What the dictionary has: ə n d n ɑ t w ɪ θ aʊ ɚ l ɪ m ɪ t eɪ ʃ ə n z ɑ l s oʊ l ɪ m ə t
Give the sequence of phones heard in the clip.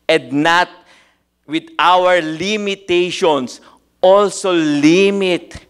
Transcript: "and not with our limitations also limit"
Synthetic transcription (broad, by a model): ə n d n ɑ t w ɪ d aʊ ɚ l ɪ m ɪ t eɪ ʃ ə n s ɑ l s oʊ l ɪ m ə t